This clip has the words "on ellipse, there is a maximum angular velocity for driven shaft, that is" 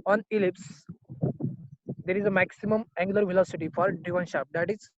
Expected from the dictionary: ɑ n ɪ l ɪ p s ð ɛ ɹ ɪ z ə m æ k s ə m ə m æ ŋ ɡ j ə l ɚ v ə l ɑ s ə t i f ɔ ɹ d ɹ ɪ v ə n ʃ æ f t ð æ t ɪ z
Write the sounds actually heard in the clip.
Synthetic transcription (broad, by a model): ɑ n ɪ l ɪ p s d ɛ ɹ ɪ z ə m æ k s ə m ə m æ ŋ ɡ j l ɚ v ə l ɑ s ə t i f ɔ ɹ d ɪ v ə n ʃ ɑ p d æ t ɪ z